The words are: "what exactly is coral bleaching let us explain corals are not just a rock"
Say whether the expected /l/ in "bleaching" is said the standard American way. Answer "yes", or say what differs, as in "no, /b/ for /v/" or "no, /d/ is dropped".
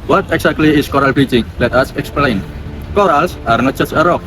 no, /l/ is dropped